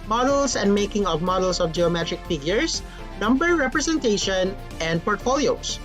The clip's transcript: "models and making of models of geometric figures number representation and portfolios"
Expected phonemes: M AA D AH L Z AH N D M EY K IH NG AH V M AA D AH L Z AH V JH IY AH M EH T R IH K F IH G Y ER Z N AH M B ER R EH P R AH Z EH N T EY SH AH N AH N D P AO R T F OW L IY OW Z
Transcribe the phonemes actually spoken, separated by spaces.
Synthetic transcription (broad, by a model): M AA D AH L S AH N D M EY K IH NG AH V M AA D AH L S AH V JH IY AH M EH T R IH K F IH G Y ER S N AH M B ER R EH P R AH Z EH N T EY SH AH N AH N D P AO R T F OW L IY OW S